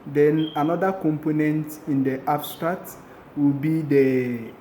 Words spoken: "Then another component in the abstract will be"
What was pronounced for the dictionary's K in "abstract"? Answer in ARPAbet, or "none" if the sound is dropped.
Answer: none